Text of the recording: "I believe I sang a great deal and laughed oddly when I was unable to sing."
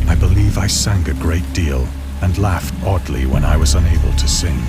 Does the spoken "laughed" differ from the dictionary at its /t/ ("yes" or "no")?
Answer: no